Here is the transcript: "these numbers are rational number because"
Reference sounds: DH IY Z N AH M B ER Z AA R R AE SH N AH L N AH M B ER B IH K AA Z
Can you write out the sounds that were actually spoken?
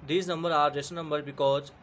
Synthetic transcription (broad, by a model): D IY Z N AH M B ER AA R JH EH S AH N AH M B ER B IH K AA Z